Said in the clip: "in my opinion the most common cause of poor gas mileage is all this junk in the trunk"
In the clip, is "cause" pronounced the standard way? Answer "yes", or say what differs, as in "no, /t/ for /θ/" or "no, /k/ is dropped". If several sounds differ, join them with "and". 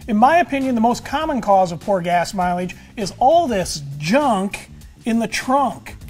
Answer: yes